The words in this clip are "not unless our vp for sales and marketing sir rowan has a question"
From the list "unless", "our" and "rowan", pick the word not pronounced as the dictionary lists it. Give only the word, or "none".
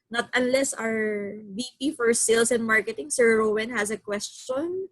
none